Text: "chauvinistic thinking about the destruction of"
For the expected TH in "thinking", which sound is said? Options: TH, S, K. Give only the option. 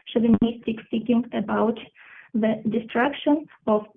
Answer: S